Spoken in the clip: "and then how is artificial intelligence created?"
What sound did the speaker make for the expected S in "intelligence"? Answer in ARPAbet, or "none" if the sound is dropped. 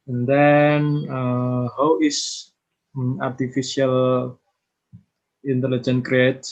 none